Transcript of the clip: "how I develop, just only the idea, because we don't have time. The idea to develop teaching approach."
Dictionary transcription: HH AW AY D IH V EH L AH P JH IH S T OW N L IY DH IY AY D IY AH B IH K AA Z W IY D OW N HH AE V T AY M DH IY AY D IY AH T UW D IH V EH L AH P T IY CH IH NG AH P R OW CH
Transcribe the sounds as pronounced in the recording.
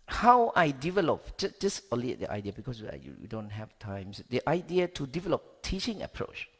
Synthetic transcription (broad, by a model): HH AW AY D IH V EH L AH P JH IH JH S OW L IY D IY AY D IY AH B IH K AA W W IY D OW N HH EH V T AY M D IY AY D IY AH T UW D IH V EH L AH P T IY CH IH NG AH P R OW CH